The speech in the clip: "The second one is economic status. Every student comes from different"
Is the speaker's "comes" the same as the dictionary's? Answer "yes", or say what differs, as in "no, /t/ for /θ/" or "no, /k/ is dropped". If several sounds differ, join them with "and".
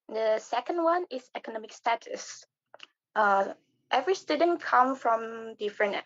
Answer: no, /z/ is dropped